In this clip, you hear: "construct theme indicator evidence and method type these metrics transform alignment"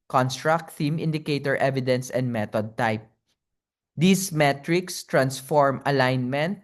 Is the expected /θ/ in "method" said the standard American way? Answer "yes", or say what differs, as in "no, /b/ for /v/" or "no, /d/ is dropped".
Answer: no, /t/ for /θ/